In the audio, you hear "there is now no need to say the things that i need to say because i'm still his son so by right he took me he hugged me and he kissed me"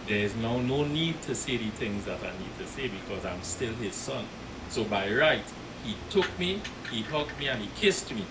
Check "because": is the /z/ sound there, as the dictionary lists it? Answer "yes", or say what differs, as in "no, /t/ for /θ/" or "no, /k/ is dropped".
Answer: yes